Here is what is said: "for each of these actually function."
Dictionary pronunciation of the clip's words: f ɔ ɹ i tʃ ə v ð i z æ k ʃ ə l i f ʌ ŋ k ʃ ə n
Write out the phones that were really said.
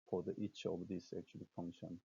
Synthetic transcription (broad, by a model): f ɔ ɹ i tʃ ə v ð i s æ k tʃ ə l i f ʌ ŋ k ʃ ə n